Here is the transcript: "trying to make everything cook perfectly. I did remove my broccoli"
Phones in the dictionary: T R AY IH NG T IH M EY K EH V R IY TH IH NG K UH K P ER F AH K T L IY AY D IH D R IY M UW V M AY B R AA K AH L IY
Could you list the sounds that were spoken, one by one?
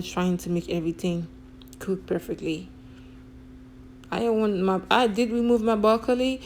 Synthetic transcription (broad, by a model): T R AY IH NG T IH M EY K EH V R IY TH IH NG K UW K P ER F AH K T L IY AY D IH D R IY M UW V M AY B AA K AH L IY